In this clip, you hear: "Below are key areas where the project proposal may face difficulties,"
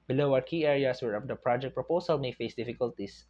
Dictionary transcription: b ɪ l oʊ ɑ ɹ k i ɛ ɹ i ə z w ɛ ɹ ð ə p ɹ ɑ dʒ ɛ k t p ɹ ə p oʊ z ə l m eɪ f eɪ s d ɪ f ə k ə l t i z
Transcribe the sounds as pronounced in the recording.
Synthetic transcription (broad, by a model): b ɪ l oʊ ɑ ɹ k i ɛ ɹ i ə s w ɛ ɹ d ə p ɹ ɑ dʒ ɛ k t p ɹ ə p oʊ s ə l m eɪ f eɪ s d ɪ f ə k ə l t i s